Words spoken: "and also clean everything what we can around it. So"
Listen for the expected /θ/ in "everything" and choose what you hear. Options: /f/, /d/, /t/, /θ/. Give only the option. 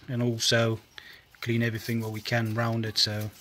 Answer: /θ/